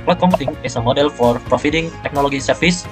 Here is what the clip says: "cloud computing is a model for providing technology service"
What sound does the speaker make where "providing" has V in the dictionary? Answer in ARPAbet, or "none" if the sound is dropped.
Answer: F